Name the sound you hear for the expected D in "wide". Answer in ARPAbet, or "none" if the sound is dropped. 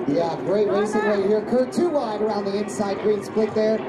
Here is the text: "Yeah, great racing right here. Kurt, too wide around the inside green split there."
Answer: D